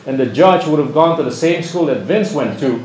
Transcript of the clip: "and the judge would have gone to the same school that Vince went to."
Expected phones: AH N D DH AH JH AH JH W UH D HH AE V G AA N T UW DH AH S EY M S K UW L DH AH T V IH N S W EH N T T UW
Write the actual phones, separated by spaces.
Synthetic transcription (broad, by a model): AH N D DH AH JH AH JH W UH D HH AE V G AA N T UW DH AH S EY M S K UW L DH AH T V IH N S W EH N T T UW